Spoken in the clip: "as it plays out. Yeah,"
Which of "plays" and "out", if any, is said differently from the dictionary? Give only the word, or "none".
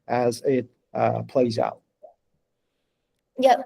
none